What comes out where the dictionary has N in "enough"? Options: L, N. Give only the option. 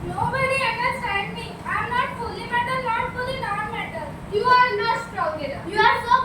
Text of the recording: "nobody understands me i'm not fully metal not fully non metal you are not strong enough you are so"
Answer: L